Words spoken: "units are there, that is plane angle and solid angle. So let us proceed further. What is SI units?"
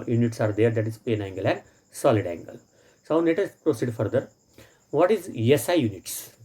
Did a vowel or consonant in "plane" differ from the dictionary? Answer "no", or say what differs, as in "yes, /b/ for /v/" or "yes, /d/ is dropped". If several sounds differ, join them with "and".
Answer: yes, /l/ is dropped